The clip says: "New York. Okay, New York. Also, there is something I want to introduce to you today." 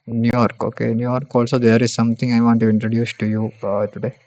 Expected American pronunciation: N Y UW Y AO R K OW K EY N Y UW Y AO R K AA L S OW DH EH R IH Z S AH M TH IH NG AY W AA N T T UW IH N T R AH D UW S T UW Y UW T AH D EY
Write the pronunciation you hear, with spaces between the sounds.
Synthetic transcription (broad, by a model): N Y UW Y AO R K OW K EY N Y UW Y AO R K AA L S OW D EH R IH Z S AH M T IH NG AY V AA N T T UW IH N T R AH D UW S T UW Y UW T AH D EY